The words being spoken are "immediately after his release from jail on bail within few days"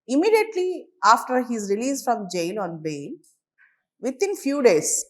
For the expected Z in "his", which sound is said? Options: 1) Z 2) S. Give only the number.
1